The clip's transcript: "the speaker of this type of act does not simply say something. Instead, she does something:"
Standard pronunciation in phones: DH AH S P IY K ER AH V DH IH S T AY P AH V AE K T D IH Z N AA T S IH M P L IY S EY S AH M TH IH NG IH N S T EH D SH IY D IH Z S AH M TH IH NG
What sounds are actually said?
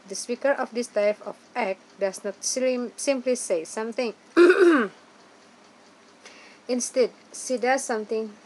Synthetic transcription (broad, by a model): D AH S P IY K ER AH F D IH S T AY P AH F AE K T D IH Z N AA T S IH M P L IY S EY S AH M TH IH NG IH N S T EH D S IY D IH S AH M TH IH NG